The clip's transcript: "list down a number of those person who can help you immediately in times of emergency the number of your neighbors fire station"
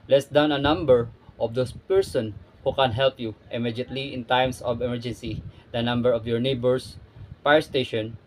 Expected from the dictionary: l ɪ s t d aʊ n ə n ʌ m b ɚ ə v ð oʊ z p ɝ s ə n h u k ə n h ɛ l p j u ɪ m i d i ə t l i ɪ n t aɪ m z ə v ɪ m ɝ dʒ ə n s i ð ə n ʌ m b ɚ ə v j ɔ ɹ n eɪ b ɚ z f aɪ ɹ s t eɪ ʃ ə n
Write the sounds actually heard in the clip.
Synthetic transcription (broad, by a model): l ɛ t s d aʊ n ə n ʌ m b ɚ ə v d oʊ s p ɝ s ə n h u k ə n h ɛ l p j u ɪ m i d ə t l i ɪ n t aɪ m s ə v ɪ m ɝ dʒ ə n s i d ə n ʌ m b ɚ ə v j ɔ ɹ n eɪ b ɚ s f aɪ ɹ s t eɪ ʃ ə n